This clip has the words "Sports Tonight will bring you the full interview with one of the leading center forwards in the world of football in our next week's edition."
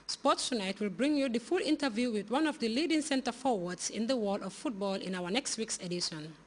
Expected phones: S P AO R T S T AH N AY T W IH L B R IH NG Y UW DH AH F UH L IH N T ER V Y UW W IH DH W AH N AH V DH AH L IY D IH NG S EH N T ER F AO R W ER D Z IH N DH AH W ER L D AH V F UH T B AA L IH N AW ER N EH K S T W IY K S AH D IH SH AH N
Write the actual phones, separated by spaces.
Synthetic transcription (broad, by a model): S P AO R T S T AH N AY T W IH L B R IH NG Y UW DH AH F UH L IH N T ER V Y UW W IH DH W AH N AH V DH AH L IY D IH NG S EH N T ER F AO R W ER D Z IH N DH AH W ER D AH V F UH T B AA L IH N AW ER N EH K S T W IY K S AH D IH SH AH N